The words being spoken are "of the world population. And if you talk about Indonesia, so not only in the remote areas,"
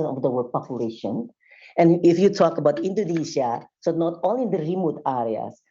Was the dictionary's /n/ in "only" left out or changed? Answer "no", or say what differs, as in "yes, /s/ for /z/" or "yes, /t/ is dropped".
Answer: yes, /n/ is dropped